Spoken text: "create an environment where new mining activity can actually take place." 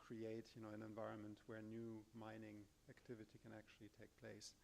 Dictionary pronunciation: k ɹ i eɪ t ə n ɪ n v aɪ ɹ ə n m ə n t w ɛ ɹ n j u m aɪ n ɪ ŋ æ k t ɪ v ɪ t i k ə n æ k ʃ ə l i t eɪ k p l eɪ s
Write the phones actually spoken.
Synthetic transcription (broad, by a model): k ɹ i eɪ t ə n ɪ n v aɪ ɹ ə n m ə n t w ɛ ɹ n j u m aɪ n ɪ ŋ æ k t ɪ v ɪ t i k ə n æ k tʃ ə l i t eɪ k p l eɪ s